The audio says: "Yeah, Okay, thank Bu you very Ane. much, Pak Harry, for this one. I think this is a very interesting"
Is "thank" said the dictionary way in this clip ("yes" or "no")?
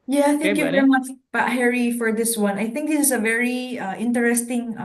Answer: no